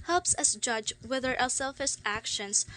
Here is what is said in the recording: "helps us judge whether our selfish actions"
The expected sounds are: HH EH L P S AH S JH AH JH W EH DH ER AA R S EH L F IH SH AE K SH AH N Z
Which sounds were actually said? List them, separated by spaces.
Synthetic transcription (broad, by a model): HH EH L P S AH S JH AH JH W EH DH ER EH L S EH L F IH S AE K SH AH N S